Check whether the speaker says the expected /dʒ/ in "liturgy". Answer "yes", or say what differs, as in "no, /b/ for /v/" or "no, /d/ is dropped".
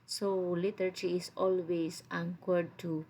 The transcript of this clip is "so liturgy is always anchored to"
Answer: no, /tʃ/ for /dʒ/